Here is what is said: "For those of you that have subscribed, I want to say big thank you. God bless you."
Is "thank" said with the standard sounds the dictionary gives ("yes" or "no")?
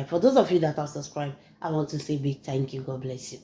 no